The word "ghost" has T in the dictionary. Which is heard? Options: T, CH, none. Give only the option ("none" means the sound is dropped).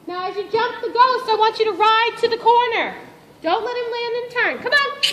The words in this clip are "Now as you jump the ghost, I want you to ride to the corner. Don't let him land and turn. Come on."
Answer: T